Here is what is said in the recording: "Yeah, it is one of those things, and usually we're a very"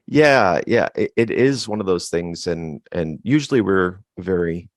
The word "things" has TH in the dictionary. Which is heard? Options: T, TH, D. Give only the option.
TH